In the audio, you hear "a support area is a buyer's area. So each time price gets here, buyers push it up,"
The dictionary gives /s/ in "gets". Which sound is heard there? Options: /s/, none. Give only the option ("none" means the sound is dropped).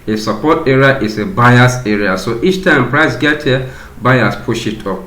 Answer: none